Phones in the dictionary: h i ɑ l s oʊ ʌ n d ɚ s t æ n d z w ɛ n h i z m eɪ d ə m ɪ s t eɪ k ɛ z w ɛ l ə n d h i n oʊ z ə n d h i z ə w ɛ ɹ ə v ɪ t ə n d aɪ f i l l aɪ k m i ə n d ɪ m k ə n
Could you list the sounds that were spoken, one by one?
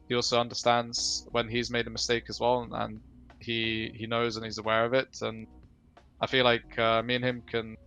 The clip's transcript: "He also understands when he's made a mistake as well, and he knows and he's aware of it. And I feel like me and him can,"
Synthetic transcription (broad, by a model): h i ɑ l s oʊ ʌ n d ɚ s t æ n d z w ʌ n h i z m eɪ d ə m ɪ s t eɪ k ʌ z w ɛ l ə n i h i n oʊ z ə n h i z ə w ɛ ɹ ə v ɪ t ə n aɪ f i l l aɪ k m i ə n ɪ m k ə n